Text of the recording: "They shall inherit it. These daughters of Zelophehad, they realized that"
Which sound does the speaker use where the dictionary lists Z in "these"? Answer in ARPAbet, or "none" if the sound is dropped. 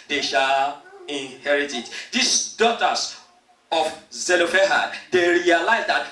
S